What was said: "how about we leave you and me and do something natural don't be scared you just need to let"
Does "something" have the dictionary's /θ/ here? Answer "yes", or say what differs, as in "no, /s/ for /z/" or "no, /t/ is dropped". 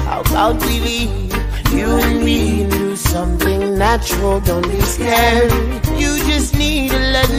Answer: yes